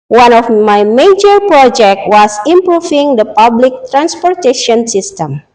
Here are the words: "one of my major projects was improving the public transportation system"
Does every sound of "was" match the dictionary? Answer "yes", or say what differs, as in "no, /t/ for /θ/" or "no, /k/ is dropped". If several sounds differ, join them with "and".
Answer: no, /s/ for /z/